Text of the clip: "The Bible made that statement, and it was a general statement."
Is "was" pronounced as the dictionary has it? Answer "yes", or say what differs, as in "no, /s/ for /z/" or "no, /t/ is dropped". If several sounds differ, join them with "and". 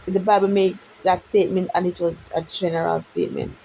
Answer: yes